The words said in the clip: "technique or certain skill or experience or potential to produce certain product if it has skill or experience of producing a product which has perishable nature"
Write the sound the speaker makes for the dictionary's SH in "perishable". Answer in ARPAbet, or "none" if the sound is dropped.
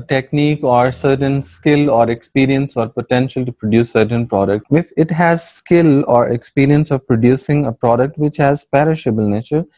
SH